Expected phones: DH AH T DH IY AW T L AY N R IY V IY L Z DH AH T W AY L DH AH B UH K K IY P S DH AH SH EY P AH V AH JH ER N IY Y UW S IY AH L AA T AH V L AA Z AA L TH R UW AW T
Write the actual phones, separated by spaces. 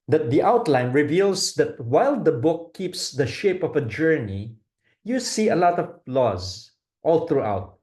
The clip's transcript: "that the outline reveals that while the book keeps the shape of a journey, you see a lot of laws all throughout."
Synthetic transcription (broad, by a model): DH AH T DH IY AW T L AY N R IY V IY L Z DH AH T W AY L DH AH B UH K K IY P S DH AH SH EY P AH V AH JH ER N IY Y UW S IY AH L AA T AH V L AA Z AA L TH R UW AW T